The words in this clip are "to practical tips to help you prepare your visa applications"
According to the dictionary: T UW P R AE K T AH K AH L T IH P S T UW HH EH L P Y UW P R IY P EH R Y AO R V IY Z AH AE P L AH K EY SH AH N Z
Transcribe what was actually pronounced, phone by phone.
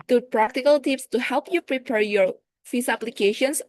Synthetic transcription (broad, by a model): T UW P R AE K T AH K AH L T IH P S T UW HH EH L P Y UW P R IY P EH R Y AO R F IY S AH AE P L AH K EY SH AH N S